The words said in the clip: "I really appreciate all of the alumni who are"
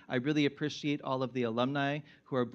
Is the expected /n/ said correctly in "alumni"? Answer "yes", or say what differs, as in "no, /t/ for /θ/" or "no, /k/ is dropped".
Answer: yes